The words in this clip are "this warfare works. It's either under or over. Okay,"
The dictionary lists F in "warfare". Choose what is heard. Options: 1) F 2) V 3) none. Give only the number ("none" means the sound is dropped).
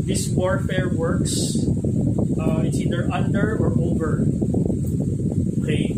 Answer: 1